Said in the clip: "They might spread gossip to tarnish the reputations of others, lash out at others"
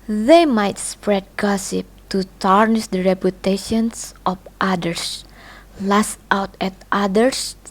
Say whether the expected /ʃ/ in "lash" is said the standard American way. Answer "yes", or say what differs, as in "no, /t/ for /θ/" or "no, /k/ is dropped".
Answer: no, /s/ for /ʃ/